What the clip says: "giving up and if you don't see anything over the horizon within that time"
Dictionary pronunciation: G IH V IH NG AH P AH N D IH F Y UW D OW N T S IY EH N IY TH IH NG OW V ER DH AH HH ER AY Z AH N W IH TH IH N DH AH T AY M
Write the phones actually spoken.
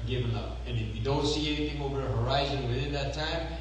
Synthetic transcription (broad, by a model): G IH V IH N AH P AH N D IH F Y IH D OW N T S IY EH N IY TH IH NG OW V ER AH HH ER AY Z AH N W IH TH IH N DH AH T AY M